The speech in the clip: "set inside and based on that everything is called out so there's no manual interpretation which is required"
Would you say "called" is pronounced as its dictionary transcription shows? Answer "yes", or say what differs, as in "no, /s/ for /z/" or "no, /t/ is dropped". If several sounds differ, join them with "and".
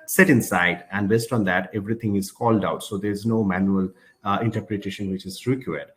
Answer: yes